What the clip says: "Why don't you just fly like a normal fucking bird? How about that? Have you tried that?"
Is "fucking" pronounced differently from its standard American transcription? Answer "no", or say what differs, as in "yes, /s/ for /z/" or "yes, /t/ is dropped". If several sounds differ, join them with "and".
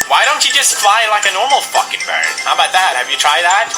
yes, /p/ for /f/